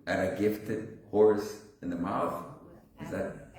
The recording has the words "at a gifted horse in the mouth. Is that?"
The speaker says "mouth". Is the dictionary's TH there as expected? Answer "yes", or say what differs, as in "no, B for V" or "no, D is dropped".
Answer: yes